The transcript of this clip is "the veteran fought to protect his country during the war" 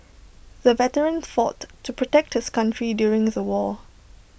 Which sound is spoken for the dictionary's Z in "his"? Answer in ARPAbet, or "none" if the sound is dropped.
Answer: S